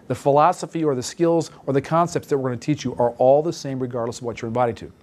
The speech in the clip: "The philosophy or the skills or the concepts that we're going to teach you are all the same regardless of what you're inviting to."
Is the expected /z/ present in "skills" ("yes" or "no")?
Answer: yes